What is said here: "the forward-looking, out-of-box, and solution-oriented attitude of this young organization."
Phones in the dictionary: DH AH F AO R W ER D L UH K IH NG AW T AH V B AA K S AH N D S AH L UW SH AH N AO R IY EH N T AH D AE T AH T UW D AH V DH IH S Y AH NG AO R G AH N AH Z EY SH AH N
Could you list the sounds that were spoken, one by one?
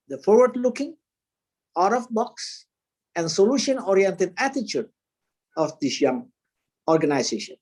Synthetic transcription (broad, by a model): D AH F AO R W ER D L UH K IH NG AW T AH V B AA K S AH N D S AH L UW SH AH N AO R IY EH N T AH D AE T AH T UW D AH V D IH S Y AH NG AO R G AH N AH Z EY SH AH N